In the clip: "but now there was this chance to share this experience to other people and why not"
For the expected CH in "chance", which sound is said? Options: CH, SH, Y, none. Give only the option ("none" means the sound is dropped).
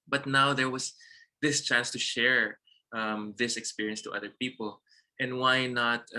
CH